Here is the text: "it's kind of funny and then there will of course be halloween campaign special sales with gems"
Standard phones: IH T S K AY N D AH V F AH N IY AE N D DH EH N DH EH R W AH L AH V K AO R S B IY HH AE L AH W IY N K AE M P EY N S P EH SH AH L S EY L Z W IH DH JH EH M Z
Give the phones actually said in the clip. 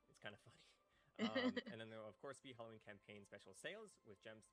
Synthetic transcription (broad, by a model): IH T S K AY N D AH F AH N IY N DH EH N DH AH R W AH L AH V K AO R S B IY HH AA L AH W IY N K AE M P EY N S P EH SH L S EY L Z W IH DH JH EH M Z